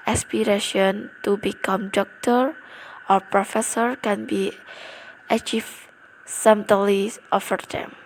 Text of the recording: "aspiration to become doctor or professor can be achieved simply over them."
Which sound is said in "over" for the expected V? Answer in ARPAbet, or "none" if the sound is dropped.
F